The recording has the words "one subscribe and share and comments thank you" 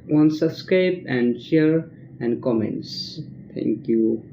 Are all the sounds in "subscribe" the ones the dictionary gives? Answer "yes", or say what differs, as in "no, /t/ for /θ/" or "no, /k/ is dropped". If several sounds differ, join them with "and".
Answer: no, /b/ is dropped and /ɹ/ is dropped